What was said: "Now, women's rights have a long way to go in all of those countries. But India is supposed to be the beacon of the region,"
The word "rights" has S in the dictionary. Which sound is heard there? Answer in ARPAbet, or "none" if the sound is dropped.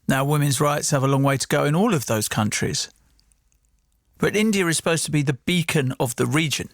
S